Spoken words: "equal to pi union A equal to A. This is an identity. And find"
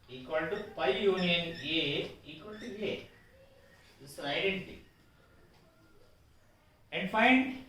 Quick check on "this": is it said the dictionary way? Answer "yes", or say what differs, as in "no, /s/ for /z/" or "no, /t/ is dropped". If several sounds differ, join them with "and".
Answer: no, /s/ is dropped